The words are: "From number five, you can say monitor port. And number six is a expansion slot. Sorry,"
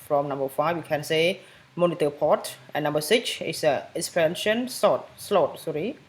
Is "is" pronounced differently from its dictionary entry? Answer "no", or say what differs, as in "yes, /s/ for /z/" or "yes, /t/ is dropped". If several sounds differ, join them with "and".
yes, /s/ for /z/